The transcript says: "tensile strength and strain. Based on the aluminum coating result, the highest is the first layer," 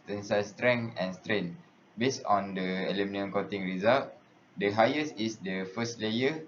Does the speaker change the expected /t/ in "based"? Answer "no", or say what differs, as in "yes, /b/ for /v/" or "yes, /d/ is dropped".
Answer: yes, /t/ is dropped